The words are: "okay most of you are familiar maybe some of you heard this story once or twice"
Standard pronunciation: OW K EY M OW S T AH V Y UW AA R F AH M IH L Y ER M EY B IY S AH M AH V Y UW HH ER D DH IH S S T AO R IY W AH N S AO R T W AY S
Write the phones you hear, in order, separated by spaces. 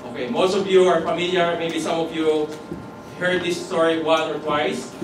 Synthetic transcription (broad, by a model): OW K EY M OW S T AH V Y UW AA R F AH M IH L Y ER M EY B IY S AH M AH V Y UW HH ER D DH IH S S T AO R IY W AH N AO R T W AY S